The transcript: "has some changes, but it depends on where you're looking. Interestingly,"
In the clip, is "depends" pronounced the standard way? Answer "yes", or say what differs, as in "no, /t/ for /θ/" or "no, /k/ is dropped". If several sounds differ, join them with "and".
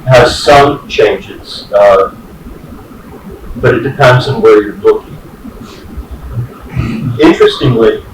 yes